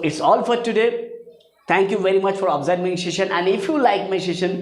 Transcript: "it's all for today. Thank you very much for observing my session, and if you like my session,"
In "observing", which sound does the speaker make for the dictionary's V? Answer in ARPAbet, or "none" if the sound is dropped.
none